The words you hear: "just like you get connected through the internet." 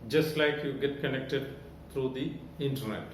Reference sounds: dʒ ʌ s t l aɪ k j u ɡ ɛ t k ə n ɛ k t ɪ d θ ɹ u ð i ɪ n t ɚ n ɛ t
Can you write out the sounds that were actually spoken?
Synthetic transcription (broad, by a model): dʒ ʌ s t l aɪ k j u ɡ ɛ t k ə n ɛ k t ɪ d t ɹ u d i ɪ n t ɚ n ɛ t